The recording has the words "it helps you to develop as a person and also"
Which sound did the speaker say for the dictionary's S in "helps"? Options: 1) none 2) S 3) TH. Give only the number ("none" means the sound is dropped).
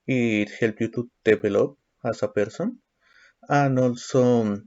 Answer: 1